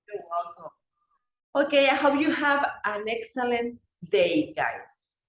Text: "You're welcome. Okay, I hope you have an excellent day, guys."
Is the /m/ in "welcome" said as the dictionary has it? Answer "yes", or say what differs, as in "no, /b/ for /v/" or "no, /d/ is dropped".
no, /m/ is dropped